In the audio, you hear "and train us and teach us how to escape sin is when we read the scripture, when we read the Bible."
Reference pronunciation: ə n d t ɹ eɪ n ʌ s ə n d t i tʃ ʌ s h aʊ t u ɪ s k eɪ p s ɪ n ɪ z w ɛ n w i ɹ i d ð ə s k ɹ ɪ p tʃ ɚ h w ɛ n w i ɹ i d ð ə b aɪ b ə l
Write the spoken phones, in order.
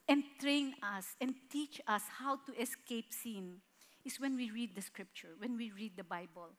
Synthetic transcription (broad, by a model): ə n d t ɹ eɪ n ʌ s ə n d t i tʃ ʌ s h aʊ t u ɪ s k eɪ p s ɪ n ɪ s w ɛ n w i ɹ i d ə s k ɹ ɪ p tʃ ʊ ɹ w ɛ n w i ɹ i d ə b aɪ b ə l